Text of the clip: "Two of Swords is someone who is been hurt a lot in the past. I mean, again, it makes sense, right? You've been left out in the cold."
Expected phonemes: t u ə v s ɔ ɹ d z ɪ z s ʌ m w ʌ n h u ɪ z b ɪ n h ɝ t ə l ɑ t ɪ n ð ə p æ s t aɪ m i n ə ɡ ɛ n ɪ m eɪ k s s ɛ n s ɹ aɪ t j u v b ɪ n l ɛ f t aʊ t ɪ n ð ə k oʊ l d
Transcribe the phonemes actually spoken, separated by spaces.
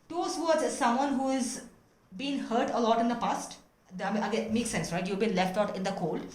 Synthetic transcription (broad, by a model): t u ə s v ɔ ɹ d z ɪ z s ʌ m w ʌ n h u ɪ z b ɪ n h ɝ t ə l ɑ t ɪ n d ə p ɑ s t aɪ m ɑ ə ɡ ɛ m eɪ k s s ɛ n s ɹ aɪ t j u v b ɪ n l ɛ f t aʊ t ɪ n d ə k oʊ l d